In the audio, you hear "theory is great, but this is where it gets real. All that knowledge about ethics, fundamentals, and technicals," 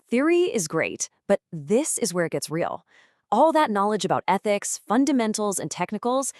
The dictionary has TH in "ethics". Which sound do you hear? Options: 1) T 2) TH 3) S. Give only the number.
2